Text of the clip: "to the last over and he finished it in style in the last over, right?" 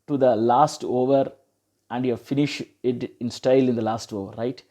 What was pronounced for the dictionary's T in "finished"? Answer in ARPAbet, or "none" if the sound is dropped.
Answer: none